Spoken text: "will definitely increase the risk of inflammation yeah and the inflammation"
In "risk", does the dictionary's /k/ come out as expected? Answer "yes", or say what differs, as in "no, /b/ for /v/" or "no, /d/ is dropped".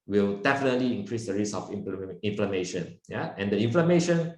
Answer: no, /k/ is dropped